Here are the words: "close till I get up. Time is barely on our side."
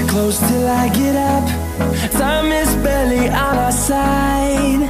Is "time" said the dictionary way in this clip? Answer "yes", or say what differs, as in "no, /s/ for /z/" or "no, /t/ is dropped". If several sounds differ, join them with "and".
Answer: no, /s/ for /t/